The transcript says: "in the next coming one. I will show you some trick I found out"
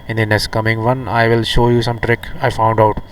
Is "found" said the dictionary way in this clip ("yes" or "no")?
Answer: yes